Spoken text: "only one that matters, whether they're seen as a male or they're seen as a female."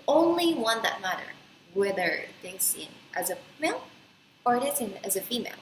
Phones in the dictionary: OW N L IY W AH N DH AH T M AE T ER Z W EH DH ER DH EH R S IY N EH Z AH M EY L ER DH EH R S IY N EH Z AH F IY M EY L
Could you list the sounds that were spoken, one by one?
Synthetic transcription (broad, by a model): OW N L IY W AH N DH AH T M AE T ER W EH DH ER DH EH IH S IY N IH Z AH M EY L ER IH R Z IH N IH Z AH F IY M EY L